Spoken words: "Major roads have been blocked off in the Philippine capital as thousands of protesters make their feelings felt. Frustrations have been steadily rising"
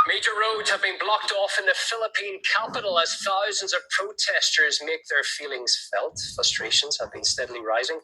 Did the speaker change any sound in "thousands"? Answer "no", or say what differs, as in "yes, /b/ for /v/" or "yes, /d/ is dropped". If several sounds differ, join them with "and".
no